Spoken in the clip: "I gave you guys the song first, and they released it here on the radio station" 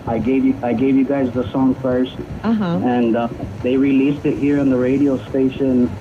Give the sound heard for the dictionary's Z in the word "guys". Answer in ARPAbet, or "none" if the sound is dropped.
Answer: Z